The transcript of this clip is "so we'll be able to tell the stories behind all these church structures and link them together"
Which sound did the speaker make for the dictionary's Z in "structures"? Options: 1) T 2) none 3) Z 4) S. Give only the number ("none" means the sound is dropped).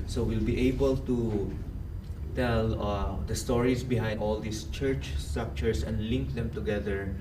4